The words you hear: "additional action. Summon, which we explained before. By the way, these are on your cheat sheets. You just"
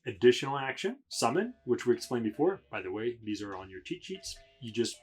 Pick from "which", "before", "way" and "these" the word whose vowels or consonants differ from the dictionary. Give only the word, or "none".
none